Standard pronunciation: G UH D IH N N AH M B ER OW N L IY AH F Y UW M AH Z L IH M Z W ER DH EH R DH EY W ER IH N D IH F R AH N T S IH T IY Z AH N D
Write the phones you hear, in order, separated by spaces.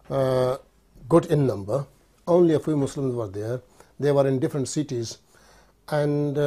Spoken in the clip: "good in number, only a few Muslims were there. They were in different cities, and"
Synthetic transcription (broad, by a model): G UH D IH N N AH M B ER OW N L IY AH F Y UW M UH S L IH M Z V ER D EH R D EY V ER IH N D IH F R AH N T S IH T IY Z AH N D